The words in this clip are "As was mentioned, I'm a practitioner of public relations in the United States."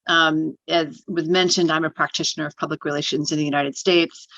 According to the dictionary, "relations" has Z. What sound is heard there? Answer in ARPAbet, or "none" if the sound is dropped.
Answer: Z